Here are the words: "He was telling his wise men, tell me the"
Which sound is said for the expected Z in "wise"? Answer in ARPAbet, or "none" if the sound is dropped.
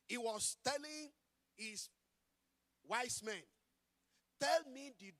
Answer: S